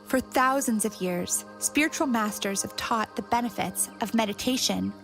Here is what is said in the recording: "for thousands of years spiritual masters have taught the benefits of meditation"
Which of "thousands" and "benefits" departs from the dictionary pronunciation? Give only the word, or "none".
none